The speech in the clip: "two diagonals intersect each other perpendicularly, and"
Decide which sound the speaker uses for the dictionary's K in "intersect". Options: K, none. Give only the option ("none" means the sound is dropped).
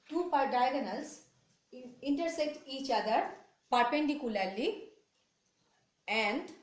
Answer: K